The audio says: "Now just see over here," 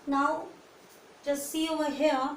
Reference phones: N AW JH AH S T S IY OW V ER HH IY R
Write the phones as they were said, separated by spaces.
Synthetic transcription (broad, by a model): N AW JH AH S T S IY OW ER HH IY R